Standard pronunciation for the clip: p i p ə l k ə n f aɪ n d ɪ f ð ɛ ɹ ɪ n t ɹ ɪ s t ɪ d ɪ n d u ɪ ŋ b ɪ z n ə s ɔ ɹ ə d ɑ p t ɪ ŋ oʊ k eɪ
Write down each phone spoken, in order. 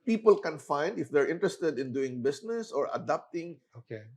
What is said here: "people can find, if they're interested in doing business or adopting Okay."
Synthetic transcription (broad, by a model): p i p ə l k ə n f aɪ n d ɪ f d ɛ ɹ ɪ n t ɹ ɪ s t ɪ d ɪ n d u ɪ ŋ b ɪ s n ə s ɔ ɹ ə d ɑ p t ɪ ŋ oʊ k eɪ